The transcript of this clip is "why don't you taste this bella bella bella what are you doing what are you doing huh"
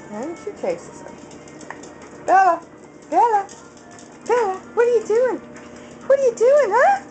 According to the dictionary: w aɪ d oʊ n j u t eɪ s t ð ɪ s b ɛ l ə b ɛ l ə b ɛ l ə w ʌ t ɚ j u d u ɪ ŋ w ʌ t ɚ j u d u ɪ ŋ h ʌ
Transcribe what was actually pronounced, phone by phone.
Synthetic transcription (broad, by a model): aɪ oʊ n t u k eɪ s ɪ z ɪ b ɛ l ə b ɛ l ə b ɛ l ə w ʌ t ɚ j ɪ d u ɪ ŋ w ʌ t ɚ j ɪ d u ɪ ŋ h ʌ